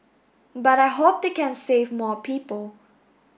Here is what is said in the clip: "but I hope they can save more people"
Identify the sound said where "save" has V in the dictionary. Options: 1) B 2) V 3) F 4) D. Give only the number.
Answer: 2